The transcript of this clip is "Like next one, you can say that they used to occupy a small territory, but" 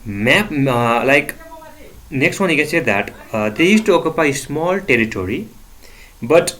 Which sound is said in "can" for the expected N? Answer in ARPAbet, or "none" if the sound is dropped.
N